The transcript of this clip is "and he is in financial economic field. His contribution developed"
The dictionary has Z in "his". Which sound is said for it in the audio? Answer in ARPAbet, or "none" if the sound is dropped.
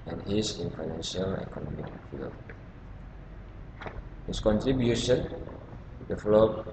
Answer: S